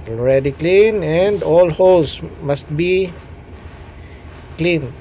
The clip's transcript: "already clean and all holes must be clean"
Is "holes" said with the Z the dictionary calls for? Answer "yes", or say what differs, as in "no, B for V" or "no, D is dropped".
no, S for Z